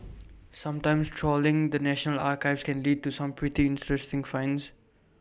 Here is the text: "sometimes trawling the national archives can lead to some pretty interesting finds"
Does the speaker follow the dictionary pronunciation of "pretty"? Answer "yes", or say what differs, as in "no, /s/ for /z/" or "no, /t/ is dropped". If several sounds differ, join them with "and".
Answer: yes